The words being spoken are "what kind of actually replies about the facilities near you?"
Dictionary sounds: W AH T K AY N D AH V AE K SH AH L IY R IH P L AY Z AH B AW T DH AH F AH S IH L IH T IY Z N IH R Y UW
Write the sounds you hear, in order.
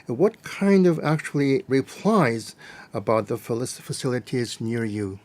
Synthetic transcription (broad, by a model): W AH T K AY N D AH V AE K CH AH L IY R IH P L AY Z AH B AW T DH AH F AH S IH L IH T IY Z N IH R Y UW